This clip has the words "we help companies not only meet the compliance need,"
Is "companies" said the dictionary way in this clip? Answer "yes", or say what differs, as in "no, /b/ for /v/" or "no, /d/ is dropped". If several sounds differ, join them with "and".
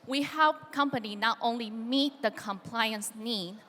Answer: no, /z/ is dropped